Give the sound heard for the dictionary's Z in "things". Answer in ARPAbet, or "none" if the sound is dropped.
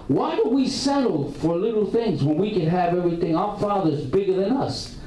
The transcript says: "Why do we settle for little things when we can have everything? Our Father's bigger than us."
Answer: Z